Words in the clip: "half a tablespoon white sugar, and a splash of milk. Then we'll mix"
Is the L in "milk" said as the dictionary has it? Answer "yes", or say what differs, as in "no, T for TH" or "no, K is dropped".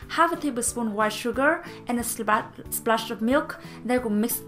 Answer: yes